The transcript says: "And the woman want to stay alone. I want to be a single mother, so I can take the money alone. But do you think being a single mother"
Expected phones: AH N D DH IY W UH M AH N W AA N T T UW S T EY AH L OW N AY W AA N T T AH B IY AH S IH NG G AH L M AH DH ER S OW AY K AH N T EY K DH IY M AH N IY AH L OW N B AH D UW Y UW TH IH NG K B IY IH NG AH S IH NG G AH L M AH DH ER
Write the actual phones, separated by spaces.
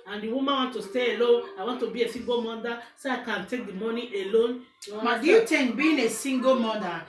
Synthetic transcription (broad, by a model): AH N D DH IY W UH M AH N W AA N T T UW S T EY AH L OW N AY W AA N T T AH B IY AH S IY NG G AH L M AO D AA S OW AY K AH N T EY K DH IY M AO N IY AH L OW N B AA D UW Y UW T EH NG B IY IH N AH S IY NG G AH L M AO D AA